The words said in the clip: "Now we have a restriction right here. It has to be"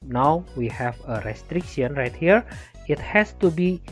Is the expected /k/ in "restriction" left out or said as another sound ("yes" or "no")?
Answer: no